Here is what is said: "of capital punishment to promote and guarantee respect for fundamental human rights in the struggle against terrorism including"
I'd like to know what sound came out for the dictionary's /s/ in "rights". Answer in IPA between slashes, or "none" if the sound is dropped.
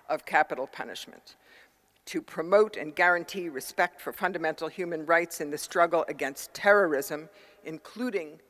/s/